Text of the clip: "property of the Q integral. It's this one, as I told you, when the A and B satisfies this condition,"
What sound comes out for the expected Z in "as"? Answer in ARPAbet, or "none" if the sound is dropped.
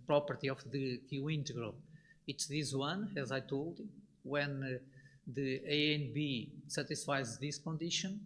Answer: Z